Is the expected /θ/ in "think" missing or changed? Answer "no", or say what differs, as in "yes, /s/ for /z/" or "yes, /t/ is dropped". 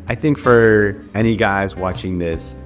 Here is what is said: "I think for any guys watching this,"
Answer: no